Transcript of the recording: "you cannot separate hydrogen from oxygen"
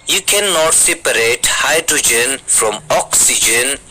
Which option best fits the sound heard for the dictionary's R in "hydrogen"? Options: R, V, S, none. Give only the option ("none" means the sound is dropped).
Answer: R